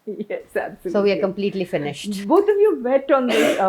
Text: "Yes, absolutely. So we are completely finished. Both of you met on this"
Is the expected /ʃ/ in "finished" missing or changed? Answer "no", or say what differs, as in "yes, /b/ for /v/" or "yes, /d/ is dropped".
no